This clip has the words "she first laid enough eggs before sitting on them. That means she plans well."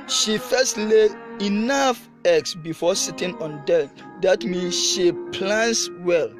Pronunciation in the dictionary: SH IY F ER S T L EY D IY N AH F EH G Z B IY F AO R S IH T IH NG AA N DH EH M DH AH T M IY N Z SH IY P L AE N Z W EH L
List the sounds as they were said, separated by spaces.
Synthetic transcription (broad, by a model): SH IY F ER S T L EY IY N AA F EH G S B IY F AO S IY T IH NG AA N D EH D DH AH T M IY N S SH IY P L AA N S W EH L